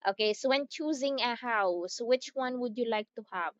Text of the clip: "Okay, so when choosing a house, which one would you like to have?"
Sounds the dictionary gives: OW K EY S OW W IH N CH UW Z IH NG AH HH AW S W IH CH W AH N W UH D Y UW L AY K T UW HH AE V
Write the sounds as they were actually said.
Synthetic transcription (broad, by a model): OW K EY S OW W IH N CH UW Z IH NG AH HH AW S W IH CH W AH N W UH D Y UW L AY K T UW HH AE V